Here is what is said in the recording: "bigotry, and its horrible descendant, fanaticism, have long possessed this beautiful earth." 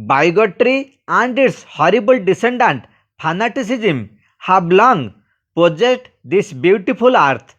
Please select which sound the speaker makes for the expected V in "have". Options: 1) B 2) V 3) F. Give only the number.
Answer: 1